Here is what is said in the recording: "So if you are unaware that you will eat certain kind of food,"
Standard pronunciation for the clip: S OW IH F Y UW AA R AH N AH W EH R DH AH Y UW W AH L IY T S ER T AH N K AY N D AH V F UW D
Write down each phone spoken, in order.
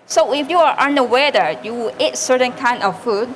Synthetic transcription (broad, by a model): S OW IH F Y UW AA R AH N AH W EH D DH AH Y UW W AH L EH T S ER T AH N K AY N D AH F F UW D